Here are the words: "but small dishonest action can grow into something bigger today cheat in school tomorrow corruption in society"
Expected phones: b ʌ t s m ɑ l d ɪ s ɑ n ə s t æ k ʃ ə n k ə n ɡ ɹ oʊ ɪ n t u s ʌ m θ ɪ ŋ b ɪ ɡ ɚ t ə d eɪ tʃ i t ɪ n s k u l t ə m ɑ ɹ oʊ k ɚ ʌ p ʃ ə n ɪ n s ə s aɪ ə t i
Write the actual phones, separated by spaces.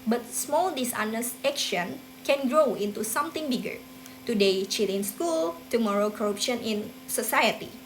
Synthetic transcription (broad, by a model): b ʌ t s m ɑ l d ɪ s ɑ n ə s ɛ k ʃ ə n k ə n ɡ ɹ oʊ ɪ n t u s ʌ m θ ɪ ŋ b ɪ ɡ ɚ t ə d eɪ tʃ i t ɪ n s k u l t ə m ɑ ɹ oʊ k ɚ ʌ p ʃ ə n ɪ n s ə s aɪ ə t i